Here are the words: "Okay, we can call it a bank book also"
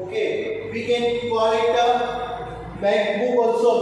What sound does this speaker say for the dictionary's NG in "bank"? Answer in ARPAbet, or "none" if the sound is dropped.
none